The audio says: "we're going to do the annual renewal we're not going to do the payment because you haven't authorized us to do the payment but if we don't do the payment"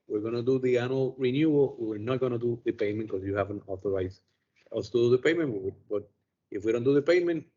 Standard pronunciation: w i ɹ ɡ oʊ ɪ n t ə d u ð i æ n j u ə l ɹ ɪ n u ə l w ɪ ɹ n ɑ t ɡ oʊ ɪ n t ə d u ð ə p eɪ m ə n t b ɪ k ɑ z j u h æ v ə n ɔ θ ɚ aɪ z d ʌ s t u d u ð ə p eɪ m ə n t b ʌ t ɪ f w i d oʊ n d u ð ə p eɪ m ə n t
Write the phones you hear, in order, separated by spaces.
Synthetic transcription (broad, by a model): w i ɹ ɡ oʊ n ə d u ð i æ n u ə l ɹ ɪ n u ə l w ɪ ɹ n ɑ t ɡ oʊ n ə d u ð ə p eɪ m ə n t k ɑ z j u h æ v ə n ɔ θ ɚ aɪ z ʌ s t u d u ð ə p eɪ m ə n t b ʌ t ɪ f w i d oʊ n d u ð ə p eɪ m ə n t